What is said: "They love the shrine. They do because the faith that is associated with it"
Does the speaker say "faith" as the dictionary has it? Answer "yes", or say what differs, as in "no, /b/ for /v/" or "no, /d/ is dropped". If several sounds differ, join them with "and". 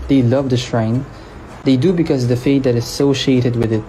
no, /t/ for /θ/